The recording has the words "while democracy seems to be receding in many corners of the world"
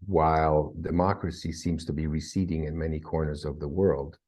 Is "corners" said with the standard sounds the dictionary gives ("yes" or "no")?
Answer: yes